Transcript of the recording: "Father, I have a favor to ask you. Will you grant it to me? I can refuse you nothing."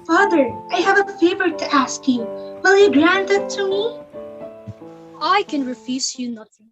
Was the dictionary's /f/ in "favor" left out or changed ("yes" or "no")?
no